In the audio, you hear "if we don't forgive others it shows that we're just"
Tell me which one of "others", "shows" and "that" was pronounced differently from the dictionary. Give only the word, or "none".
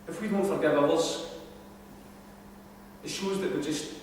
others